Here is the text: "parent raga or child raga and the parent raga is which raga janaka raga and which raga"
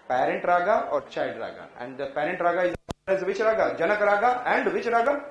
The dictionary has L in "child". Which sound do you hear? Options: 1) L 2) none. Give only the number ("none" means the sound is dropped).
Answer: 2